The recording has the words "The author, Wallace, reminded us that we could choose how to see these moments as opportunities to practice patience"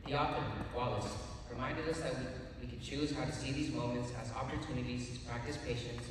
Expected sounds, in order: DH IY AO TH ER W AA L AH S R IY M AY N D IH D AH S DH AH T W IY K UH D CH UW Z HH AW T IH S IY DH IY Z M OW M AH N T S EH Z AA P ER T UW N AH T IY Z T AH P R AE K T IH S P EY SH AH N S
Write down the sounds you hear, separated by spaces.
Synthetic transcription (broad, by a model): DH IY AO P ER W AA L AH S R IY M AY N D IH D AH S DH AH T W IY K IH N CH UW Z HH AW T IH S IY DH IY Z M OW M AH N T S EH Z AA P ER T UW N AH T IY Z T AH P R AE K T IH S P EY SH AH N S